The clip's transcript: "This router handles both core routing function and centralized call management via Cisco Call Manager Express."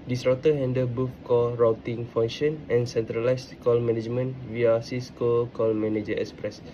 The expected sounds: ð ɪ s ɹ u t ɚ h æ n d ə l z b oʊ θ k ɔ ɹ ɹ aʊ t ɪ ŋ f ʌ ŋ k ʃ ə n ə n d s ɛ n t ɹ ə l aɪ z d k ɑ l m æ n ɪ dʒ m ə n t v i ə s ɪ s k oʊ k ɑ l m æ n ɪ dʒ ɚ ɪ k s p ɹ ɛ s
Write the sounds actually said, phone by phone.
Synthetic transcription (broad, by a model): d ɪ s ɹ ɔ t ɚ h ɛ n d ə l b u f k ɔ l ɹ aʊ t ɪ ŋ f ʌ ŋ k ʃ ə n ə n s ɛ n t ɹ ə l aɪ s k ɑ l m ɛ n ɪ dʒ m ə n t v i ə s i s k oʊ k ɑ l m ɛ n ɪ dʒ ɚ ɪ k s p ɹ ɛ s